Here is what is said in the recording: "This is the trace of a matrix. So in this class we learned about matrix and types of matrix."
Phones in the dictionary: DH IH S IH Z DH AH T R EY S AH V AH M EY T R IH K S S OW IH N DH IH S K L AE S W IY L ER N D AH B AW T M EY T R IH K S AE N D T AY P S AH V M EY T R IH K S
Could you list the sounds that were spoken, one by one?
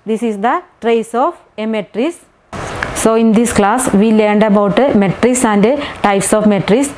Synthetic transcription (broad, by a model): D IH S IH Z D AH T R EY S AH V AH M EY T R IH S S OW IH N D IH S K L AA S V IY L ER N D AH B AW T M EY T R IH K S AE N D T AY P S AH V M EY T R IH S